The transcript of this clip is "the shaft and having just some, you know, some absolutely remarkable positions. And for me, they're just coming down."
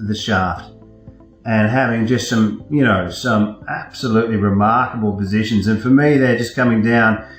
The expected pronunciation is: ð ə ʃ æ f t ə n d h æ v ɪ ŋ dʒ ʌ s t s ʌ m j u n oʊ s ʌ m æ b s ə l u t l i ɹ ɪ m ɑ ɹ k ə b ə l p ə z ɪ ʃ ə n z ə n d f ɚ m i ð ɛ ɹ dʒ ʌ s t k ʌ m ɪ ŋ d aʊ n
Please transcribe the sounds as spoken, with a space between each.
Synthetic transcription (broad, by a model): ð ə ʃ æ f t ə n h æ v ɪ ŋ dʒ ʌ s t s ʌ m j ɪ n oʊ s ʌ m æ b s ə l u t l i ɹ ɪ m ɑ ɹ k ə b l p ə z ɪ ʃ ə n z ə n f ɚ m i ð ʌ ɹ dʒ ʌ s k ʌ m ɪ ŋ d aʊ n